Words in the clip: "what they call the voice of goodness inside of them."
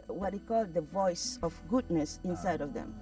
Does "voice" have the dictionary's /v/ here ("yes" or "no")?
yes